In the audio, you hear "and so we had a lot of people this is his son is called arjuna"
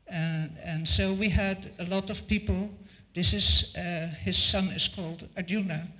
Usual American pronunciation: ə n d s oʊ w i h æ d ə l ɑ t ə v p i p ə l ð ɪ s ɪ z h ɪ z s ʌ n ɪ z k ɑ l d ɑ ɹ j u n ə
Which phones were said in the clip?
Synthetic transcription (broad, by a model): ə n s oʊ w i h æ d ə l ɑ t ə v p i p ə l ð ɪ s ɪ z h ɪ z s ʌ n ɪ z k ɑ l d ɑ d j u n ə